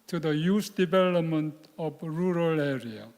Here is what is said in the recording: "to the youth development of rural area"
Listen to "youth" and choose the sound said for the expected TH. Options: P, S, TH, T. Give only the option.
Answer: S